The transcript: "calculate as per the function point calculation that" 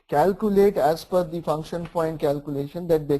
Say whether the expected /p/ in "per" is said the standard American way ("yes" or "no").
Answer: no